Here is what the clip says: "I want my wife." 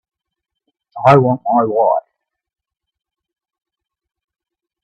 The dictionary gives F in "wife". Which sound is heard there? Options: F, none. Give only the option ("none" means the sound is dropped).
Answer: none